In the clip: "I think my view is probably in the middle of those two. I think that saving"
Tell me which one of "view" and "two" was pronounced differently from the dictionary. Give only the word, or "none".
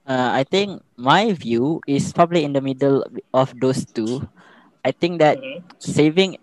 none